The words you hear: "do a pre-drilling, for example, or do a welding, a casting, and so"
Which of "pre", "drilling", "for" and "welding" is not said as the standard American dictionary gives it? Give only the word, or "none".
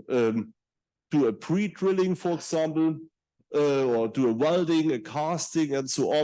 none